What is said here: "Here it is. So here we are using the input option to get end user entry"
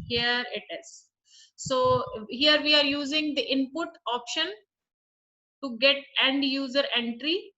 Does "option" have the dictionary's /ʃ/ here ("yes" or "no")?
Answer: yes